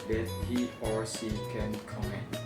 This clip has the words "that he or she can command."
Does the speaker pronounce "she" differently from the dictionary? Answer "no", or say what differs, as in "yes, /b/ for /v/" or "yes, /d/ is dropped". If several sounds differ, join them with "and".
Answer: yes, /s/ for /ʃ/